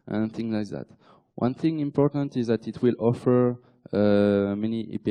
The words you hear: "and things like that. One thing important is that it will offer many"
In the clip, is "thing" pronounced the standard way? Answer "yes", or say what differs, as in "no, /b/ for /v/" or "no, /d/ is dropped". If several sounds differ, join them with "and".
yes